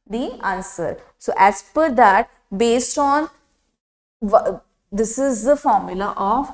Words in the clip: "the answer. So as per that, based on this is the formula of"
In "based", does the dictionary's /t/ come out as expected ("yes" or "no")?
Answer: yes